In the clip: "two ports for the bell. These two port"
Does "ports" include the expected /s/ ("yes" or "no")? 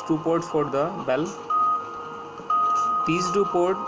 no